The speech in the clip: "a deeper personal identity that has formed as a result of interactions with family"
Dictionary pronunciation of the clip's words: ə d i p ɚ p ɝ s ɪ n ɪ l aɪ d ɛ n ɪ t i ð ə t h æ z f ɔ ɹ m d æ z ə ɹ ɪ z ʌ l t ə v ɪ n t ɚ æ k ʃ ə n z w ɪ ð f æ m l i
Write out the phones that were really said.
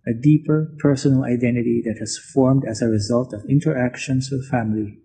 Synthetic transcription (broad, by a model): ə d i p ɚ p ɝ s ɪ n ɪ l aɪ d ɛ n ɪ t i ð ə t h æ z f ɔ ɹ m d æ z ə ɹ ɪ z ʌ l t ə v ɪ n t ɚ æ k ʃ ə n s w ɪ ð f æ m l i